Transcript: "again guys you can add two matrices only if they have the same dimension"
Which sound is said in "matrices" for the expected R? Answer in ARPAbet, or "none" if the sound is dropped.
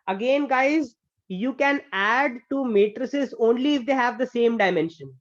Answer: R